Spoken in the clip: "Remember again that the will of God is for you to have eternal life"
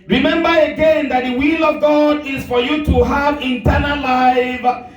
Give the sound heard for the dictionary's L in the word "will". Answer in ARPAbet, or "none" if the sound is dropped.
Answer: L